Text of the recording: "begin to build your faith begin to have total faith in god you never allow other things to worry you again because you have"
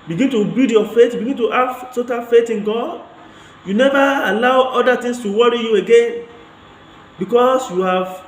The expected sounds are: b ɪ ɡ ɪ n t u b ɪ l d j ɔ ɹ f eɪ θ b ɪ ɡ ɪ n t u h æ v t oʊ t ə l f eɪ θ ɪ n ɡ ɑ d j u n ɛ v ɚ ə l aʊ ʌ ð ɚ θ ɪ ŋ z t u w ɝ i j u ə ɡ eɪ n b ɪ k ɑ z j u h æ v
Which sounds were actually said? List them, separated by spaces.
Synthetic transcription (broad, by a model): b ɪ ɡ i n t u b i d j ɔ f eɪ t b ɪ ɡ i n t u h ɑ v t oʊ t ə n f eɪ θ ɪ n ɡ ɑ d j u n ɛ v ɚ ə l aʊ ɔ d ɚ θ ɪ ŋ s t u w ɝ i j u ə ɡ eɪ n b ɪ k ɑ s j u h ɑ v